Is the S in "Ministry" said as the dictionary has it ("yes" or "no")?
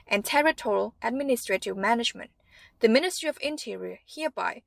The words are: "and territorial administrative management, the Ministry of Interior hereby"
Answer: yes